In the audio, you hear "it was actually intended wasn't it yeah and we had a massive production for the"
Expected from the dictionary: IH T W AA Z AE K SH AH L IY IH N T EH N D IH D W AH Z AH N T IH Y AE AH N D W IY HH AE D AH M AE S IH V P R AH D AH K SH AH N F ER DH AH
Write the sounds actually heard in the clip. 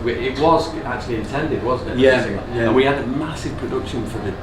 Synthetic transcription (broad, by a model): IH T W AA Z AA K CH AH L IY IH N T EH N D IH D W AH Z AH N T IH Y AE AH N W IY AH D AH M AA S IH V P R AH D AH K SH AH N F ER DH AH